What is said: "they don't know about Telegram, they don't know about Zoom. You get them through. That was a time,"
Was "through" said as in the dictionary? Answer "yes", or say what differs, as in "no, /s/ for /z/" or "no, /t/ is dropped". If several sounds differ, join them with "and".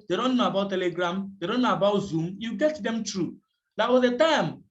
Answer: no, /t/ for /θ/